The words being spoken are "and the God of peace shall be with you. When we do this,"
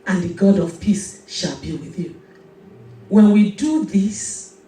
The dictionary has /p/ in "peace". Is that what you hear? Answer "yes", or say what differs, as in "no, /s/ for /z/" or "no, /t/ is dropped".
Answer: yes